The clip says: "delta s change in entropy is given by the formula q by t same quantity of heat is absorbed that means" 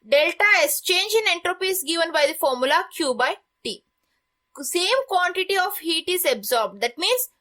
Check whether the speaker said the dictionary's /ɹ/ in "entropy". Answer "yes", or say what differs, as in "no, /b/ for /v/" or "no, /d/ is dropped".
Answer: yes